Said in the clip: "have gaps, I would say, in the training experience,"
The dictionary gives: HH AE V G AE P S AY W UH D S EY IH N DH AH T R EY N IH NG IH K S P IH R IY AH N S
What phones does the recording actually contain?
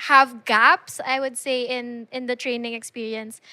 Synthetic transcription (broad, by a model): HH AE V G AE P S AY W UH D S EY IH N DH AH T R EY N IH NG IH K S P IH R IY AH N S